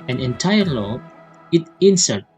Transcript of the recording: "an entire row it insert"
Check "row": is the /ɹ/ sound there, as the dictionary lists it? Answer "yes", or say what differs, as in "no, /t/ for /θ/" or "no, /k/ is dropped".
no, /l/ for /ɹ/